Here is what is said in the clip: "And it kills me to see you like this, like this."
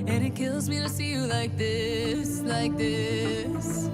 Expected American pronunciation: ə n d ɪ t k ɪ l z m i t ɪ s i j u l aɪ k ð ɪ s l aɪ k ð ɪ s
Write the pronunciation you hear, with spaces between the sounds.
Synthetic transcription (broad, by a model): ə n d ɪ t k ɪ l z m i t ɪ s i j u l aɪ k ð ɪ s l aɪ k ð ɪ s